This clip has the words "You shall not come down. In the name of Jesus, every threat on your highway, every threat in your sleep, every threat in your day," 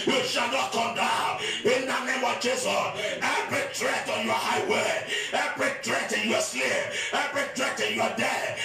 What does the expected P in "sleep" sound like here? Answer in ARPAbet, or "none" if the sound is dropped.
none